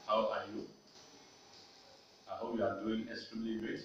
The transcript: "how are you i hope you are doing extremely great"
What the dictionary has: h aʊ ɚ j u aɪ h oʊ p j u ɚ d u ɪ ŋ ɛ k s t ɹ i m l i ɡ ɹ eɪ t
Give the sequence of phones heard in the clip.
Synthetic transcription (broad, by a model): h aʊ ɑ j u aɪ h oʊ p j u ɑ d u ɪ ŋ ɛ s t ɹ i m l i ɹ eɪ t